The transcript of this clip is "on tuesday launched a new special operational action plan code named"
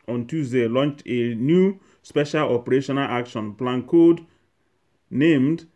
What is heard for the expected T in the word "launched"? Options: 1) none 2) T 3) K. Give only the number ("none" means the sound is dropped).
2